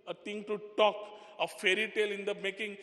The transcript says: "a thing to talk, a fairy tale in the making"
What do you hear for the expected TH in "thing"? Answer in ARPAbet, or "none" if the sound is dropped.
T